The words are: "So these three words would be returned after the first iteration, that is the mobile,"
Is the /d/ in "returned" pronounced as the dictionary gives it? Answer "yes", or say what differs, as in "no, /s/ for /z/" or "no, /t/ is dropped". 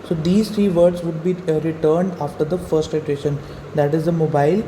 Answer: yes